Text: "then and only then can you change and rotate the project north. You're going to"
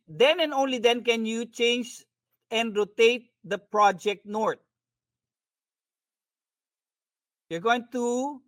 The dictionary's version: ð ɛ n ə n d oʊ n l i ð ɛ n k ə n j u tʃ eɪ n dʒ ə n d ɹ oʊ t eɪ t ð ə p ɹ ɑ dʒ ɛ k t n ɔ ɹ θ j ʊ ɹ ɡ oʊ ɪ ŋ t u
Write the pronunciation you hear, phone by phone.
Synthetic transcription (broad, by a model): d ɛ n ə n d oʊ n l i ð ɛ n k ə n j u tʃ eɪ n dʒ ə n d ɹ oʊ t eɪ t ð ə p ɹ ɑ dʒ ɛ k t n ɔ ɹ t j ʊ ɹ ɡ oʊ ɪ ŋ t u